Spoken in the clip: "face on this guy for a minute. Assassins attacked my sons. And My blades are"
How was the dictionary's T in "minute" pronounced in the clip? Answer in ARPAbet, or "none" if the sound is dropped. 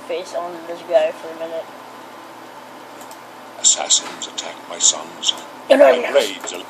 T